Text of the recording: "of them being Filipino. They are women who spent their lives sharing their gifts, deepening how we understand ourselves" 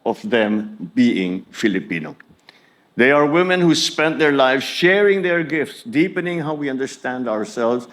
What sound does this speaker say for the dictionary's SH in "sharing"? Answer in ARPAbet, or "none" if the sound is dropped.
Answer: SH